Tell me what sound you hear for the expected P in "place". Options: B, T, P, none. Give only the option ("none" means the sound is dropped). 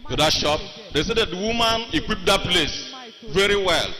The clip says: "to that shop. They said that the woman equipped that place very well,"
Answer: P